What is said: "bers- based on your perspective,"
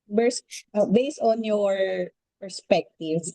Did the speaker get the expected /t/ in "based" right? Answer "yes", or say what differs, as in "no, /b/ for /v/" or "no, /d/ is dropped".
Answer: yes